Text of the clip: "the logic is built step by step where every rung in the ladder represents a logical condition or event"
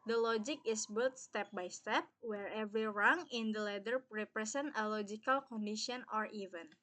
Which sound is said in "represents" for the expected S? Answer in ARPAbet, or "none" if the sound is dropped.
none